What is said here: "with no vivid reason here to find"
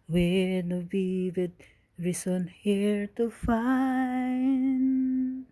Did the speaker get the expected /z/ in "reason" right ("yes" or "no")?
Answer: no